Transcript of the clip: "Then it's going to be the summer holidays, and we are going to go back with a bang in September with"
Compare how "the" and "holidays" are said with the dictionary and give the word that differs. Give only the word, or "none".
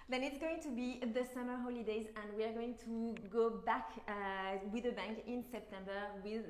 none